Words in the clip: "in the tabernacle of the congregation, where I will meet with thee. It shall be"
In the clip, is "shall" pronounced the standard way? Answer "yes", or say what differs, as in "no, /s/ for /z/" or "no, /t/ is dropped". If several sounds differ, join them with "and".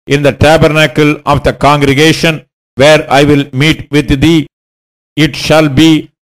yes